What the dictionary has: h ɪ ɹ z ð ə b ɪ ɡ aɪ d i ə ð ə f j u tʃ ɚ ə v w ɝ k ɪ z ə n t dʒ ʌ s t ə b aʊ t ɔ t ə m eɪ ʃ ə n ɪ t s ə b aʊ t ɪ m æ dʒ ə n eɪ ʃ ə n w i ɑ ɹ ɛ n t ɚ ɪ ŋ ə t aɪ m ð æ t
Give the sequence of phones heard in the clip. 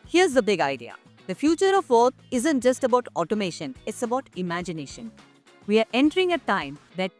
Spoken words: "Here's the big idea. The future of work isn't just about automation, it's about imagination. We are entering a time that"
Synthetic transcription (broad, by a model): h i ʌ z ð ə b ɪ ɡ aɪ d i ə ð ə f j u tʃ ɚ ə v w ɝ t ɪ z ə n t dʒ ʌ s t ə b aʊ t ɔ t ə m eɪ ʃ ə n ɪ t s ə b aʊ t ɪ m æ dʒ ə n eɪ ʃ ə n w i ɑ ɹ ɛ n t ɚ ɪ ŋ ə t aɪ m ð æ t